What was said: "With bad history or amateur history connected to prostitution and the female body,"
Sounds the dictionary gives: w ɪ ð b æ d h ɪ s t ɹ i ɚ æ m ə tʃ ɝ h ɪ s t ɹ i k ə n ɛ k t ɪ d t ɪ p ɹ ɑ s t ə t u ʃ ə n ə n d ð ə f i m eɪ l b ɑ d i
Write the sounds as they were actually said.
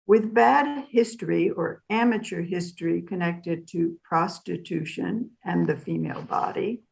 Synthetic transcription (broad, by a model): w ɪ ð b æ d h ɪ s t ɹ i ɚ æ m ə tʃ ɝ h ɪ s t ɹ i k ə n ɛ k t ɪ d t ɪ p ɹ ɑ s t ə t u ʃ ə n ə n ð ə f i m eɪ l b ɑ d i